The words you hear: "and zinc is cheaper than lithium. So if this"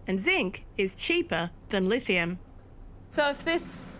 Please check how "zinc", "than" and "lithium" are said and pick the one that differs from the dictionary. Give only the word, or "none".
none